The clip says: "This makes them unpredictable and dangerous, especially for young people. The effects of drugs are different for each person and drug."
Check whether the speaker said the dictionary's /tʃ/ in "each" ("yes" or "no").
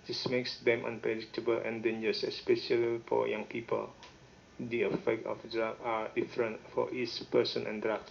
no